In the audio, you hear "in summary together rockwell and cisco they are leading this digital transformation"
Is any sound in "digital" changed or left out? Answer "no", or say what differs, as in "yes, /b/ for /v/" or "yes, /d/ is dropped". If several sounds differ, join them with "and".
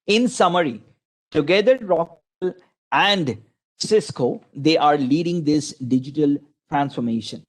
no